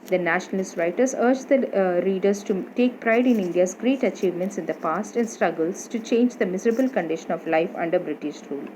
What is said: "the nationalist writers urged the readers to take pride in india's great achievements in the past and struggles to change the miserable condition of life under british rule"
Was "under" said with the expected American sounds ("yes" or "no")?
yes